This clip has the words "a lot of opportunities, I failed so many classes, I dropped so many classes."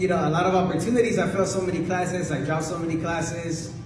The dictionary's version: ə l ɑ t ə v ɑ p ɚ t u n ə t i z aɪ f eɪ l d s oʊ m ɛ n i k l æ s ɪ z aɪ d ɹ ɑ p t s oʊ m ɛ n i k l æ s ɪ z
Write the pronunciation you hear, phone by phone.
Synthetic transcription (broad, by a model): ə l ɑ t ə v ɑ p ɚ t u n ə t i z aɪ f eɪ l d s oʊ m ɛ n i k l æ s ɪ z aɪ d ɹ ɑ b s oʊ m ɛ n i k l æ s ɪ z